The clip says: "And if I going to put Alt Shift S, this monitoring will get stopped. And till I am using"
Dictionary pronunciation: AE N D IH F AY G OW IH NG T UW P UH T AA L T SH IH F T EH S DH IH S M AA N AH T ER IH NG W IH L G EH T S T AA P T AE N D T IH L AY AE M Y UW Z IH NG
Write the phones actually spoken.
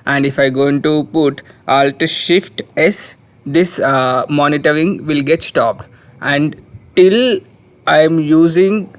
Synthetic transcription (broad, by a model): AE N D IH F AY G OW IH NG T UW P UH T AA L T SH IH F T EH S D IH S M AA N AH T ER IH NG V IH L G EH T S T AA P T AE N D T IH L AY M Y UW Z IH NG